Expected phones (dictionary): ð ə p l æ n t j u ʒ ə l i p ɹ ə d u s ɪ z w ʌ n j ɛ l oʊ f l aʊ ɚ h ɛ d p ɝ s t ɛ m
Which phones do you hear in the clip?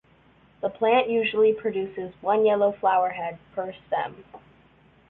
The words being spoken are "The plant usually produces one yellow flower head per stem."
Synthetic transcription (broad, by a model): ð ə p l æ n t j u ʒ l i p ɹ ə d u s ɪ z w ʌ n j ɛ l oʊ f l aʊ ɚ h ɛ d p ɝ s t ɛ m